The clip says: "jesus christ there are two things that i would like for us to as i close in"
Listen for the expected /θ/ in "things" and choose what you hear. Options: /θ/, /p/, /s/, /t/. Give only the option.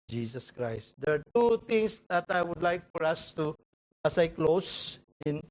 /t/